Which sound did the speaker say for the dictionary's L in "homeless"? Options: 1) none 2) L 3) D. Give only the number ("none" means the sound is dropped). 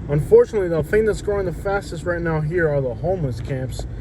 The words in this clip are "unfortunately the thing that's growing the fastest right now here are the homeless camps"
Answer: 1